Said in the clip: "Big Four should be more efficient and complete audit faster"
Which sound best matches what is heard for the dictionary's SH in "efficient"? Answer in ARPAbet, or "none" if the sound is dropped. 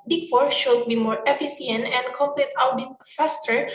S